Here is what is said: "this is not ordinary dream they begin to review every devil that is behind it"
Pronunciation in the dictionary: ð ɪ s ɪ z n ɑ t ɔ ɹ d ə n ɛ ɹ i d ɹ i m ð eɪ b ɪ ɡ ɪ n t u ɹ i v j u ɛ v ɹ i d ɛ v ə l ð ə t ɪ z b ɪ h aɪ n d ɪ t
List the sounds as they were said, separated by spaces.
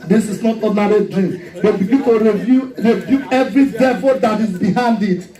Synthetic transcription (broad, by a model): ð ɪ s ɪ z n ɑ t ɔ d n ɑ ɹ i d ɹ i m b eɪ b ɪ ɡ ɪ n t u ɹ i b j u ɛ v ɹ i d ɛ v ə l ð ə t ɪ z b ɪ h aɪ n d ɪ t